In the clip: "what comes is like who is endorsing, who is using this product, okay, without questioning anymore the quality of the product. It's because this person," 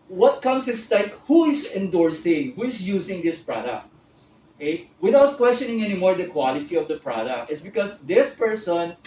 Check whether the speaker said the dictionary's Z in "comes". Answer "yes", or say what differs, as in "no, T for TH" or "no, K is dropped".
no, S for Z